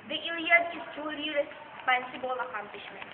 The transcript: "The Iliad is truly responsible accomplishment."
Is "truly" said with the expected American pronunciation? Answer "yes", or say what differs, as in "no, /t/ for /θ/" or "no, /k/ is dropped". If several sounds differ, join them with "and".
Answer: no, /ɹ/ is dropped